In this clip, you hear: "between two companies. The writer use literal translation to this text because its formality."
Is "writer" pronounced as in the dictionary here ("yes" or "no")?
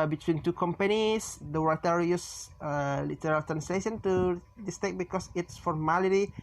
no